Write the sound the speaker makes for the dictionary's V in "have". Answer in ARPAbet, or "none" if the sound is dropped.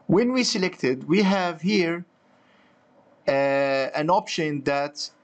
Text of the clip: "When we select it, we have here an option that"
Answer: V